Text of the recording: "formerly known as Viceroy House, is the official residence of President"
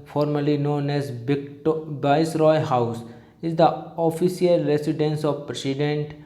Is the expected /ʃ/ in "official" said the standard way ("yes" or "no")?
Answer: no